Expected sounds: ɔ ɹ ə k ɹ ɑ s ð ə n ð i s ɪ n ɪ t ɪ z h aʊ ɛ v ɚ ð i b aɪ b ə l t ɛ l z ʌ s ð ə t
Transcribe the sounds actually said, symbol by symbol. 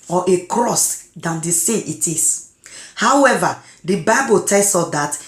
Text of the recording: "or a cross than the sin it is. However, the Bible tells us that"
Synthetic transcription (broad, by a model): ɔ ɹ ə k ɹ ɑ s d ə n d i s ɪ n ɪ t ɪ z h aʊ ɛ v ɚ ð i b aɪ b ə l t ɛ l s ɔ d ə t